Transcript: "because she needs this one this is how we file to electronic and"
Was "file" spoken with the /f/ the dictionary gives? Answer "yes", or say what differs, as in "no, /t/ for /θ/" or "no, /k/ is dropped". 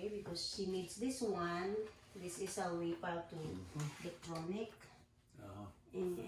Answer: no, /p/ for /f/